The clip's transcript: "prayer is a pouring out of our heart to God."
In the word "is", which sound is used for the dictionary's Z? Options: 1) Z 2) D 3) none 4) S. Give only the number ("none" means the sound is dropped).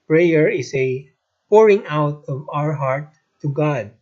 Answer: 4